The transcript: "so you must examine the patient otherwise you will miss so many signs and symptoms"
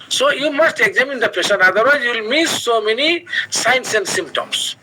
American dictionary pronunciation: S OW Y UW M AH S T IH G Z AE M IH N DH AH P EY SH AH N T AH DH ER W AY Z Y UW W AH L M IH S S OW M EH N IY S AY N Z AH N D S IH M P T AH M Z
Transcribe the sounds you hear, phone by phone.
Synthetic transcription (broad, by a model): S OW Y UW M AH S T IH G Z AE M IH N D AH P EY S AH N AA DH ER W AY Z Y UW L M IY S S OW M EH N IY S AY N S AH N D S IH M P T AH M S